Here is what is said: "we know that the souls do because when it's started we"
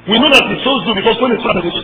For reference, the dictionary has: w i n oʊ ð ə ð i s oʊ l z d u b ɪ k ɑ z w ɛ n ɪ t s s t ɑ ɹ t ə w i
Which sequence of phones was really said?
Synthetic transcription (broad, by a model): w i n oʊ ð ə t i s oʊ z d u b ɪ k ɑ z w ɛ n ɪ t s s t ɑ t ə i